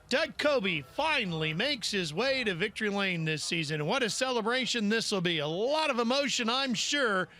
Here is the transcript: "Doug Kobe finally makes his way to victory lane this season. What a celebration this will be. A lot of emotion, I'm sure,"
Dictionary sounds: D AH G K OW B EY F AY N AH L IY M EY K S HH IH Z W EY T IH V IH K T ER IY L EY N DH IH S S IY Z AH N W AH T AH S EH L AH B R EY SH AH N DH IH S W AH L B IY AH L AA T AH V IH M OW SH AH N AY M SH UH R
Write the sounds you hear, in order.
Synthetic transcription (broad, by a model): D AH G K OW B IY F AY N L IY M EY K S HH IH Z W EY T IH V IH K T ER IY L EY N DH IH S S IY Z AH N W AH T AH S EH L AH B R EY SH AH N DH IH S W AH L B IY AH L AA T AH V IH M OW SH AH N AY M SH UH R